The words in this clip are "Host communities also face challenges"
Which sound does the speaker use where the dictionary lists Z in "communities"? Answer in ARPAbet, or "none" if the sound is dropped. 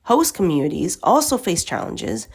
Z